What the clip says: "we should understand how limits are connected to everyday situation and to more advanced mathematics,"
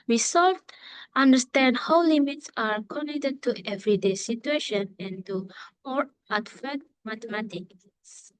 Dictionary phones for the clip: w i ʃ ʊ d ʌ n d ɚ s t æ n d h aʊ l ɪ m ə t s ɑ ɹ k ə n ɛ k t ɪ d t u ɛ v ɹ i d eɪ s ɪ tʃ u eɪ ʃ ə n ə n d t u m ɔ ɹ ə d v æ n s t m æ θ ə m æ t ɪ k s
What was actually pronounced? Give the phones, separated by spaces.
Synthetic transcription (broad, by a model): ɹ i s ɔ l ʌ n d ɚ s t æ n d h aʊ l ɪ m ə t s ɑ ɹ k ə n ɛ k t ɪ d t u ɛ v ɹ i d eɪ s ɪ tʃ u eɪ ʃ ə n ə n t u m ɔ ɹ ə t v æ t m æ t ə m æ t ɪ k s